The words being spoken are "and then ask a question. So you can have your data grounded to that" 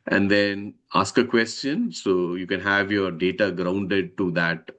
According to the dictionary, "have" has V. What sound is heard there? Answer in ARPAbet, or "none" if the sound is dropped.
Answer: V